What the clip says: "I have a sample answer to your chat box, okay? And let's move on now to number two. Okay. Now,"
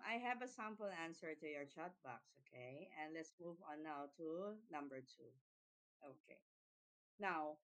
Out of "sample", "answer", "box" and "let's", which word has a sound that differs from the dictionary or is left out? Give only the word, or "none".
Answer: none